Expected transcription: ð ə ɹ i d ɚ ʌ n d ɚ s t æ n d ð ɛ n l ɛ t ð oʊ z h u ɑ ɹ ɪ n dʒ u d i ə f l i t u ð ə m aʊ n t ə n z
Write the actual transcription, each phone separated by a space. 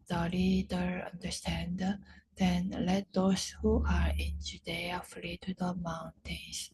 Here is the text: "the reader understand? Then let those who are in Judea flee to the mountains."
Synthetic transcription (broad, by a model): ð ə l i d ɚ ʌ n d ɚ s t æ n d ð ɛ n l ɛ t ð oʊ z h u ɑ ɹ ɪ n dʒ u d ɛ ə f l i t u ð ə m aʊ n t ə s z